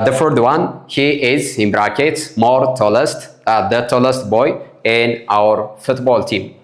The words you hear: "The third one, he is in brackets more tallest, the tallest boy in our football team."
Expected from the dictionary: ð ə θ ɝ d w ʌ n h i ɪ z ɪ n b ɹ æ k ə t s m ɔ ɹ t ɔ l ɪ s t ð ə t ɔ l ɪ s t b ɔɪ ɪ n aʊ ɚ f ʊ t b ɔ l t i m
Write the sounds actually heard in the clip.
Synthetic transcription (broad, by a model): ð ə f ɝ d w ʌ n h i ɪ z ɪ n b ɹ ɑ k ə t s m ɔ ɹ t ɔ l s t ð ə t ɔ l ɪ s t b ɔɪ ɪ n aʊ ɚ f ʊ t b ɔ l t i m